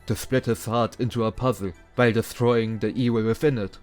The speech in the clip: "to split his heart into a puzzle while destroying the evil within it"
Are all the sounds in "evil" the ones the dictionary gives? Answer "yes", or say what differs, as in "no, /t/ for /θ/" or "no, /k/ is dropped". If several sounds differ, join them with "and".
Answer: no, /w/ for /v/